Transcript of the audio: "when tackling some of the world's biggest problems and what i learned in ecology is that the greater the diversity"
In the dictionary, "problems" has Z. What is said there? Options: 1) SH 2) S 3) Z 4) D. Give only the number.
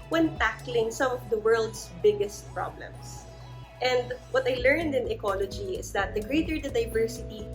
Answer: 2